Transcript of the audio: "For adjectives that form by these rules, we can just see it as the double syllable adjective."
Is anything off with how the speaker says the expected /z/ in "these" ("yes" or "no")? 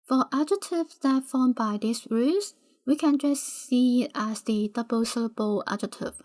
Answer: yes